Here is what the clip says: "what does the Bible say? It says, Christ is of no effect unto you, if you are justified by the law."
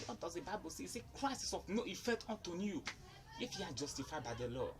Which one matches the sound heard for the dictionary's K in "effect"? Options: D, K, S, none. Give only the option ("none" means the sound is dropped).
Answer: none